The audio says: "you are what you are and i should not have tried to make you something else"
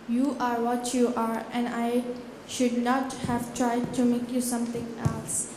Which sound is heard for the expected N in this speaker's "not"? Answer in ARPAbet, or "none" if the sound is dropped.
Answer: N